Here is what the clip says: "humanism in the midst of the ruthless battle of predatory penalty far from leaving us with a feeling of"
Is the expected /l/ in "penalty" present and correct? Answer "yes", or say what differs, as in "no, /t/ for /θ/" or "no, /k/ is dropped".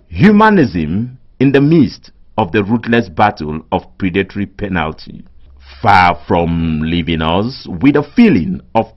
yes